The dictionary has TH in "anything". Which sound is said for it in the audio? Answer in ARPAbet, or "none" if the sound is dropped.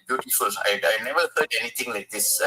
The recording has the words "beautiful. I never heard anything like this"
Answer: T